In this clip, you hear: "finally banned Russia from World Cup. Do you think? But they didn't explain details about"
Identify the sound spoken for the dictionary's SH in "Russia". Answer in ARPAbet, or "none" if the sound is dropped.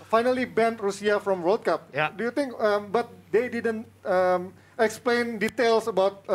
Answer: S